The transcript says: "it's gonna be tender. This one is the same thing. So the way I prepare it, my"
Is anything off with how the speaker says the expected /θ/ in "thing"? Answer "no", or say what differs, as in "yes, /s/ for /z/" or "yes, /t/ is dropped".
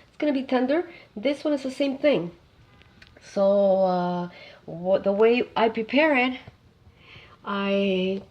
no